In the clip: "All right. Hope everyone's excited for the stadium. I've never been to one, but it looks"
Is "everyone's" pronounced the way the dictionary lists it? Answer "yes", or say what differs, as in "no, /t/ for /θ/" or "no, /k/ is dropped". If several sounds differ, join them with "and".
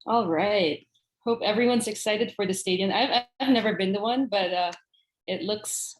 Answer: yes